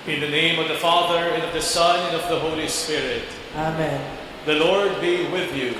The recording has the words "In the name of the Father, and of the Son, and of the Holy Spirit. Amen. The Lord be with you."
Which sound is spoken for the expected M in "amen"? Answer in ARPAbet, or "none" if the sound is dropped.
M